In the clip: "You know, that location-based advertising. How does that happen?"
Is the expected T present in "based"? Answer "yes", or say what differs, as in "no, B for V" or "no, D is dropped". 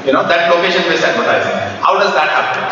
no, T is dropped